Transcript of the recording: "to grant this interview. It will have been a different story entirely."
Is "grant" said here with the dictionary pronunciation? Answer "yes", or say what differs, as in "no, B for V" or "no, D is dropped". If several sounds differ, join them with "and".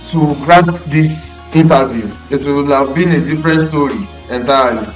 no, N is dropped